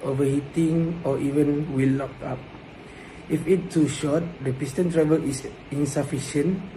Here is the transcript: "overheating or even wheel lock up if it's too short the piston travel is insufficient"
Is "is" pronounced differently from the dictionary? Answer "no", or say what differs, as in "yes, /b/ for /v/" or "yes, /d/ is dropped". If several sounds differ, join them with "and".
yes, /s/ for /z/